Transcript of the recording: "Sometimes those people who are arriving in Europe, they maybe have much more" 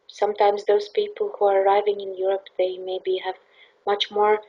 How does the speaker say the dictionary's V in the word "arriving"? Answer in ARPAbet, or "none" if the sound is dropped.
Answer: V